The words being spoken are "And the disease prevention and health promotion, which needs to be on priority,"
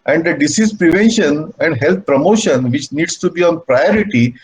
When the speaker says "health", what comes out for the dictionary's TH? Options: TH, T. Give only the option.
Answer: T